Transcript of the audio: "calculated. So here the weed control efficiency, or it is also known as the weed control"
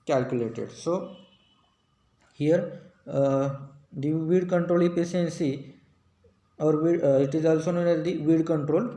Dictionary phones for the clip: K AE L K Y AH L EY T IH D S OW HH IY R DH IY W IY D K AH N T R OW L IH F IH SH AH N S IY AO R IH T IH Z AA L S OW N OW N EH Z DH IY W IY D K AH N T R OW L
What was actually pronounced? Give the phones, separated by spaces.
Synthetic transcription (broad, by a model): K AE L K Y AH L EY T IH D S OW HH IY R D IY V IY D K AH N T R OW L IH P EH S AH N S IY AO R IH T IH Z AA L S OW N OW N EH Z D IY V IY D K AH N T R OW L